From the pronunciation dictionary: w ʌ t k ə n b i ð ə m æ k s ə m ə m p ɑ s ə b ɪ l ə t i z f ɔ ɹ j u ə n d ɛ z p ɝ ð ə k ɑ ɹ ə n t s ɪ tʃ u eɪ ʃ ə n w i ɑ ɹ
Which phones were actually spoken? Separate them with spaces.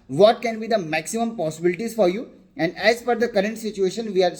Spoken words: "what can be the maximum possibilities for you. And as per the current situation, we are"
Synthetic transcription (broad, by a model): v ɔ t k ə n b i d ə m æ k s ə m ə m p ɑ s ə b ɪ l ə t i z f ɔ ɹ j u ə n d ɛ z f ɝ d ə k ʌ ɹ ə n t s ɪ tʃ u eɪ ʃ ə n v i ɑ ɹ